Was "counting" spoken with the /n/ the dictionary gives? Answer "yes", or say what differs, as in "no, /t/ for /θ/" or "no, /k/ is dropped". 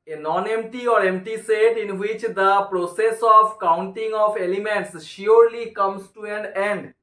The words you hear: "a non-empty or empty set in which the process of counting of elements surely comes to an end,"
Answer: yes